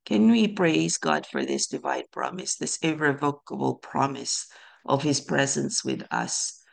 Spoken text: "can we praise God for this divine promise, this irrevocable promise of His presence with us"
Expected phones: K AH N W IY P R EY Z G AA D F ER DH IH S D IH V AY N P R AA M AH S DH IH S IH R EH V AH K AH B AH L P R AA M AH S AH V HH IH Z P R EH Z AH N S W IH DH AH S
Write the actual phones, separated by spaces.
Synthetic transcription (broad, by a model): K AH N W IY P R EY Z G AA D F ER DH IH S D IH V AY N P R AA M AH S DH IH S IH R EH V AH K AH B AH L P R AA M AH S AH V HH IH Z P R EH Z AH N S W IH DH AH S